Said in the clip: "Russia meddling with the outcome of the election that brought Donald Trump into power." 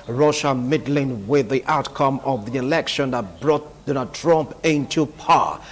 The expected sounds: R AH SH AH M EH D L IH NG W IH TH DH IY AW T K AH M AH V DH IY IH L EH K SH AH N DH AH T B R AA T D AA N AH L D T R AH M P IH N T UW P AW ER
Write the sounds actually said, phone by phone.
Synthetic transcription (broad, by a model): R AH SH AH M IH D L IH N W IH DH IY AW T K AH M AH V DH IY IH L EH K SH AH N DH AH T B R AA T D AA N AH L D T R AH M P IH N T UW P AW